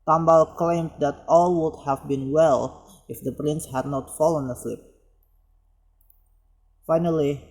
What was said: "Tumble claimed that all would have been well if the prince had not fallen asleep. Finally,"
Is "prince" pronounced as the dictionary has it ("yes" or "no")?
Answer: yes